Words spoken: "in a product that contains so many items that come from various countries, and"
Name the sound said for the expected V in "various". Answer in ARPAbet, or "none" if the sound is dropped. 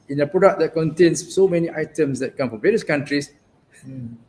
V